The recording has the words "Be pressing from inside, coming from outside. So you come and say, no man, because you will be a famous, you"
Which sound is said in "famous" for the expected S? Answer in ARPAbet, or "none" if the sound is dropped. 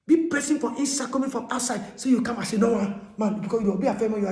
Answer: none